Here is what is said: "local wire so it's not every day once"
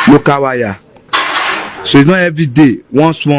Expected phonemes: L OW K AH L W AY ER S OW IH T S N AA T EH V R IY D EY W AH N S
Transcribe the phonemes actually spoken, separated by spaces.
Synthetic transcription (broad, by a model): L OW K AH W AY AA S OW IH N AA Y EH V IY D EY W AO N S